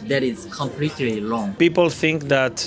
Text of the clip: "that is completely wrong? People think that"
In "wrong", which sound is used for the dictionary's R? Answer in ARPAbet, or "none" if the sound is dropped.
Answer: L